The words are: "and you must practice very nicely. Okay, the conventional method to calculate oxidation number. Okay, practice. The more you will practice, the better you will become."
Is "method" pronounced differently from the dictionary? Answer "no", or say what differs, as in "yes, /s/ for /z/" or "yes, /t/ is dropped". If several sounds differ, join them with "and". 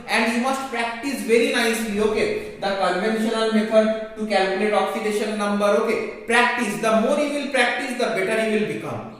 yes, /f/ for /θ/